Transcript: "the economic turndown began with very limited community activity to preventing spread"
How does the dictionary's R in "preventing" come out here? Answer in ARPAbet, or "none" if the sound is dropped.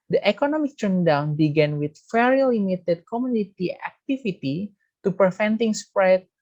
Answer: none